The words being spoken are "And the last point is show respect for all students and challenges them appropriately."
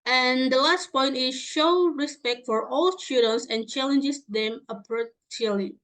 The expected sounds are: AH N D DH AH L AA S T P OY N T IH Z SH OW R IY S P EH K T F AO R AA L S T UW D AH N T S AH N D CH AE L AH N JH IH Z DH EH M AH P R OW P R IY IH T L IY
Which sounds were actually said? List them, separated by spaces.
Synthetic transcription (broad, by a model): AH N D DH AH L AA S T P OY N T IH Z SH OW R IY S P EH K T F AO R AA L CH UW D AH N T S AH N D CH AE L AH N JH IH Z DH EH M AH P R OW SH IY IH L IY